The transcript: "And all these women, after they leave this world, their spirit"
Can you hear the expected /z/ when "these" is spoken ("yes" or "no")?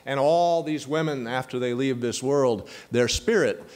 yes